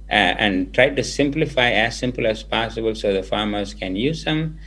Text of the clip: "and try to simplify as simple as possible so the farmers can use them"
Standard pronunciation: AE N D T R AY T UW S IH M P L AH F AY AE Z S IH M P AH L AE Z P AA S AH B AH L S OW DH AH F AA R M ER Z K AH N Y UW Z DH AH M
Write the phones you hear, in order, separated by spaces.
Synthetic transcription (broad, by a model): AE N D T R AY T UW S IH M P L AH F AY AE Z S IH M P AH L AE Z P AA S AH B AH L S OW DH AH F AA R M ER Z K AH N Y UW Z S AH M